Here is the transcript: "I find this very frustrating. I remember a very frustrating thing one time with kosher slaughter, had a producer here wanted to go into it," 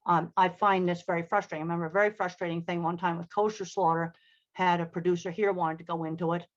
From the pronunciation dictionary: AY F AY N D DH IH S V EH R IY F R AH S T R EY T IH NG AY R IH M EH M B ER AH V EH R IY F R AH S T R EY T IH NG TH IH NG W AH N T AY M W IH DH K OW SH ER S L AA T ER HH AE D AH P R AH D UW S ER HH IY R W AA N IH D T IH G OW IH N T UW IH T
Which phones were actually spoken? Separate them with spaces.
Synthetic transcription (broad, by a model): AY F AY N DH IH S V EH R IY F R AH S T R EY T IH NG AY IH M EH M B ER AH V EH R IY F R AH S T R EY T IH NG TH IH NG W AH N T AY M W IH DH K OW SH ER S L AA T ER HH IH D AH P R AH D UW S ER HH IY R W AA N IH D T IH G OW IH N T UW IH T